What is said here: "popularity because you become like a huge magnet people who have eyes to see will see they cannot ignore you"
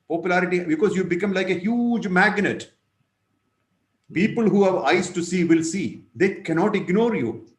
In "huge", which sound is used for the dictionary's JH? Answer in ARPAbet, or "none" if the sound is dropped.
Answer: JH